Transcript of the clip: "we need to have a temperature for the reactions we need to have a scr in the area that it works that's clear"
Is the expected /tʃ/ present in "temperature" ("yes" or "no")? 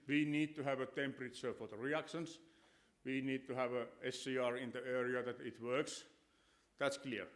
no